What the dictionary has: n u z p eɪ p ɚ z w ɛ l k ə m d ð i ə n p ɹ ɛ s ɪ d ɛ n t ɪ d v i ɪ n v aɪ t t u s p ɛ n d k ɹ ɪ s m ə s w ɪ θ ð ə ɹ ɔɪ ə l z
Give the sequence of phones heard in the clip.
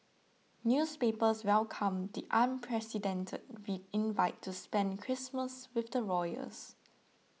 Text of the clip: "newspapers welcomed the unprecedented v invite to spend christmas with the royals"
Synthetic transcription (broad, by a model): n u s p eɪ p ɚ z w ɛ l k ə m d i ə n p ɹ ɛ s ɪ d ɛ n t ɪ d w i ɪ n v aɪ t t u s p ɛ n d k ɹ ɪ s m ə s w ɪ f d ə ɹ ɔɪ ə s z